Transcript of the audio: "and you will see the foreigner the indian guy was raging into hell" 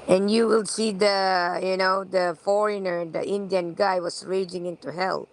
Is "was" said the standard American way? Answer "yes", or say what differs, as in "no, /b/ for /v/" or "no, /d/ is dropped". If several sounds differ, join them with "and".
no, /s/ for /z/